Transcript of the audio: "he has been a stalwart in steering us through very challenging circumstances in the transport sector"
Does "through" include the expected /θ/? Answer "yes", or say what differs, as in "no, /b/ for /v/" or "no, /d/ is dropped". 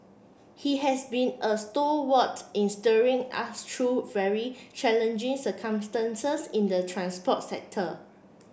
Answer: no, /t/ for /θ/